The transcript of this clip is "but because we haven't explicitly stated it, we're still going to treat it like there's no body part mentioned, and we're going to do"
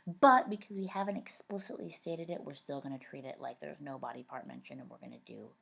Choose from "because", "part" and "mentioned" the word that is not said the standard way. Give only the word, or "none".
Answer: mentioned